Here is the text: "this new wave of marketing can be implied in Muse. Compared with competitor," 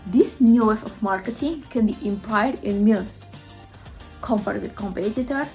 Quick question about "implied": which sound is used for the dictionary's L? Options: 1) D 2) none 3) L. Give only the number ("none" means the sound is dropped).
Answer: 2